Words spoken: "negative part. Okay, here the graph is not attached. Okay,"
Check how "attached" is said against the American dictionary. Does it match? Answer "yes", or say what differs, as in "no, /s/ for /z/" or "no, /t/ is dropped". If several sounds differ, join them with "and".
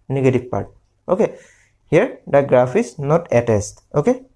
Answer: no, /s/ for /tʃ/